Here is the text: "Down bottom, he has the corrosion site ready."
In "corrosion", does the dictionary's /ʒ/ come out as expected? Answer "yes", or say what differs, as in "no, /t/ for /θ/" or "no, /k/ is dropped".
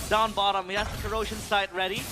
no, /ʃ/ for /ʒ/